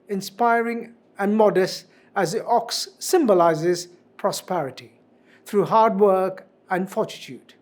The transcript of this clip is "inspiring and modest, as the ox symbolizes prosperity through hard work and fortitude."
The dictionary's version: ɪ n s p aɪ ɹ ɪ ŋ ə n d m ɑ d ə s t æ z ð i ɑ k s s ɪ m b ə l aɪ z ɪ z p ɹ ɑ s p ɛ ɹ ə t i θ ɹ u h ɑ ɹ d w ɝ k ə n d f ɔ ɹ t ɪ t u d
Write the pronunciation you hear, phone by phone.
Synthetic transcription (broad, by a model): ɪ n s p aɪ ɹ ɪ ŋ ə n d m ɑ d ə s t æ z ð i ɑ k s s ɪ m b ə l aɪ z ɪ z p ɹ ɑ s p ɛ ɹ ə t i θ ɹ u h ɑ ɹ d w ɝ k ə n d f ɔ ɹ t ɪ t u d